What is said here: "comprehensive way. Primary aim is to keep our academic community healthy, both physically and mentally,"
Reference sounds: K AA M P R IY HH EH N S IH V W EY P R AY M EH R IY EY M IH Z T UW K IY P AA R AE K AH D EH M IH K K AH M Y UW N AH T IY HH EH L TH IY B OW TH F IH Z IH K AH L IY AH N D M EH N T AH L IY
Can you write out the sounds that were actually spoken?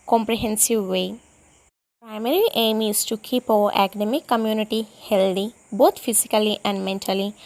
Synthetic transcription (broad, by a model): K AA M P R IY HH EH N S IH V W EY P R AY M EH R IY EY M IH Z T UW K IY P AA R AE K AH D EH M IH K K AH M Y UW N AH T IY HH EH L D IY B OW T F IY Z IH K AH L IY AH N D M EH N T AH L IY